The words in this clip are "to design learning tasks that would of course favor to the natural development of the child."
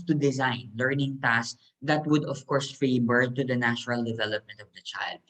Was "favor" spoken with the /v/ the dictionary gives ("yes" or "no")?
no